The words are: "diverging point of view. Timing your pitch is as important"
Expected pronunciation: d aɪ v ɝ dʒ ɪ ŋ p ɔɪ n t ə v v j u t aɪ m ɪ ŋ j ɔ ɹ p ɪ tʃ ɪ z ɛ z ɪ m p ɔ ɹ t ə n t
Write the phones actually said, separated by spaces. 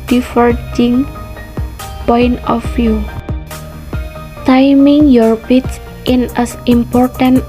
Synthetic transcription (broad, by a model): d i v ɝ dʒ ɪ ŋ p ɔɪ n t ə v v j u t aɪ m ɪ ŋ j ɔ ɹ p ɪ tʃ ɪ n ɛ s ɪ m p ɔ ɹ t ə n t